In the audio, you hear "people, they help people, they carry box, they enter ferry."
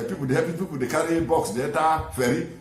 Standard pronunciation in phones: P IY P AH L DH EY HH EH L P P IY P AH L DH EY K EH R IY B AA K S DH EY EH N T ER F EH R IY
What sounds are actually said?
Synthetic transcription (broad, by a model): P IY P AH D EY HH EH P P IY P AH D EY K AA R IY B AA K S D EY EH T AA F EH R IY